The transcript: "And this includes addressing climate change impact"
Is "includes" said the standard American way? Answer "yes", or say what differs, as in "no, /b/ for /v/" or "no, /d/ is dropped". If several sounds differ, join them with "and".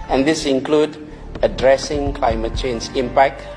no, /z/ is dropped